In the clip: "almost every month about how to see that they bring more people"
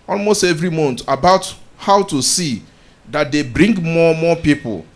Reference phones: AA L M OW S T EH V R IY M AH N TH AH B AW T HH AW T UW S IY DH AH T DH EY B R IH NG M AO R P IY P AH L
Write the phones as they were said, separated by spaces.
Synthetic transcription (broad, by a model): AA L M OW S T EH V R IY M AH N T AH B AW T HH AW T UW S IY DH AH T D EY B R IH NG M AO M P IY P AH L